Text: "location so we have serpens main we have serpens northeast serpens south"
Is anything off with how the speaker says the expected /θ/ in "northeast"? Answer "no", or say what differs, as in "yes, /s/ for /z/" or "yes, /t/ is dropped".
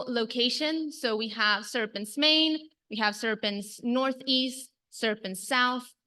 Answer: no